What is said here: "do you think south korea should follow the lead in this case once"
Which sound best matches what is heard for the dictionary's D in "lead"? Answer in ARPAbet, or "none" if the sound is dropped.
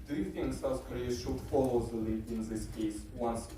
none